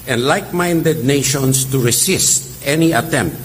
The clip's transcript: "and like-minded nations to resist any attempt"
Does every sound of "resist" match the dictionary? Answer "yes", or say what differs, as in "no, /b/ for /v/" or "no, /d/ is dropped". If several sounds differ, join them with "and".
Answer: no, /s/ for /z/